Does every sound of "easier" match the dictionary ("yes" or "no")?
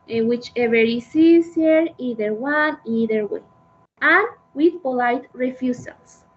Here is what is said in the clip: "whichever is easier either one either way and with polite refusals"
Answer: no